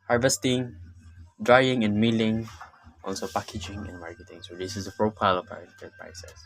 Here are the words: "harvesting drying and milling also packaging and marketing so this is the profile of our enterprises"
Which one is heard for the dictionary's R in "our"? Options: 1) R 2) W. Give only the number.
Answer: 2